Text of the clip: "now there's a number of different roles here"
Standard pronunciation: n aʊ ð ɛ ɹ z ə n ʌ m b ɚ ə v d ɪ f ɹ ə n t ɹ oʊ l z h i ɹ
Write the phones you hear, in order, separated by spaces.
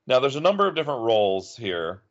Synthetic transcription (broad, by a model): n aʊ ð ɛ ɹ z ə n ʌ m b ɚ ə v d ɪ f ɹ ə n t ɹ oʊ l z h i ɹ